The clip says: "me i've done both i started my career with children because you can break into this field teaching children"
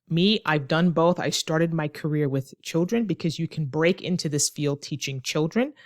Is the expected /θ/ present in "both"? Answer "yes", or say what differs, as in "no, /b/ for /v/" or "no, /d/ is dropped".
yes